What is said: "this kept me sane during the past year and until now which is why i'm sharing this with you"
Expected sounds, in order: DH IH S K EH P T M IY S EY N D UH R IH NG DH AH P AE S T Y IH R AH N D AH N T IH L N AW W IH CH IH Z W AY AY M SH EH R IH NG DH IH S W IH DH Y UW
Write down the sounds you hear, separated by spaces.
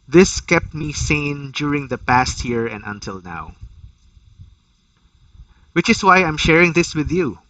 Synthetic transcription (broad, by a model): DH IH S K EH P T M IY S EY N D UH R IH NG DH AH P AE S T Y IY R AH N D AH N T IH L N AW W IH CH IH S W AY AY M SH EH R IH NG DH IH S W IH DH Y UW